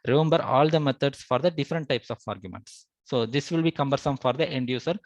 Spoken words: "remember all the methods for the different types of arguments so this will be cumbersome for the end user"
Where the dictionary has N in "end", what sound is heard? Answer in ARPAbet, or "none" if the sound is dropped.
N